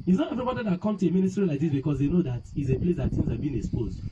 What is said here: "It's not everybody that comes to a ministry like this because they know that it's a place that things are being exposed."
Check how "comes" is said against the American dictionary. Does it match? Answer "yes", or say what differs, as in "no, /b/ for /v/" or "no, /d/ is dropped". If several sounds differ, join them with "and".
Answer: no, /z/ is dropped